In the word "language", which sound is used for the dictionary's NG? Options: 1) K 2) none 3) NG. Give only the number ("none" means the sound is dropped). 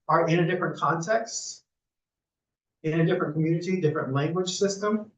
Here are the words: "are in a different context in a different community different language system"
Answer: 3